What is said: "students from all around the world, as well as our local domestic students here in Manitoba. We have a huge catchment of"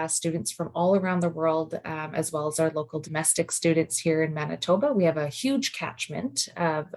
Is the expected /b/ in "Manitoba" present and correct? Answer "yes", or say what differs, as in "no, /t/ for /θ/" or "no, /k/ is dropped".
yes